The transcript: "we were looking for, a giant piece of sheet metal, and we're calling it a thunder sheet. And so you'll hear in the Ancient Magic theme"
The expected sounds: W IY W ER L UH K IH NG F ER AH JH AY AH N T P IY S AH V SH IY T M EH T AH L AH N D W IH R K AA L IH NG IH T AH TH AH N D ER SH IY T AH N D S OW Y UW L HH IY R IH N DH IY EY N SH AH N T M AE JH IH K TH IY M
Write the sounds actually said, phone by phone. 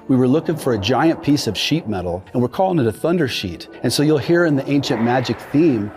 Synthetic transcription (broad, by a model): W IY W ER L UH K IH NG F ER AH JH AY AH N P IY S AH V SH IY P M EH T L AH N W IH R K AA L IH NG IH T AH TH AH N D ER SH IY T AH N S OW Y UW L HH IY R IH N DH IY EY N SH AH N M AE JH IH K TH IY M